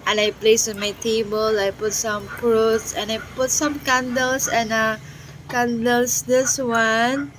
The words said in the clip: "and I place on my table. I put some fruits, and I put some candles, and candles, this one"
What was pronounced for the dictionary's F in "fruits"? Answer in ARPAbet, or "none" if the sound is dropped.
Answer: P